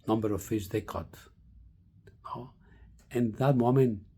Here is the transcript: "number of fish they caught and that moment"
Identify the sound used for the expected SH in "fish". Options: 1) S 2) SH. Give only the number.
1